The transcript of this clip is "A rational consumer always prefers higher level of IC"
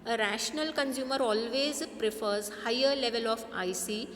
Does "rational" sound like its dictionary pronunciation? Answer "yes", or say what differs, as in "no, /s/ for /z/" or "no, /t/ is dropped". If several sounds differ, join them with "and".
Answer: yes